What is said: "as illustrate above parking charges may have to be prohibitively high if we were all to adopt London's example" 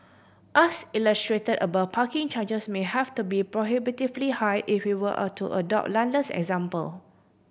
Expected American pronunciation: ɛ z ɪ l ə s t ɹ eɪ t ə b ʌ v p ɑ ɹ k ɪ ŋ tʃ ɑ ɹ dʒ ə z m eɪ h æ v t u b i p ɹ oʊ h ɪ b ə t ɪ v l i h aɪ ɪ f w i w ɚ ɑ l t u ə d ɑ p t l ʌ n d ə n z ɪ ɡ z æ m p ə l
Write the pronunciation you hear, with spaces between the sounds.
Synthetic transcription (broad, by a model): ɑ s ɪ l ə s t ɹ eɪ t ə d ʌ b p ɑ k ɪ ŋ tʃ ɑ dʒ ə s m eɪ h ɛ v t u b i p ɹ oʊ h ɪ b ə t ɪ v l i h aɪ ɪ f w i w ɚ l t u ə d ɑ p t l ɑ n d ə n s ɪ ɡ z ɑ m p ə l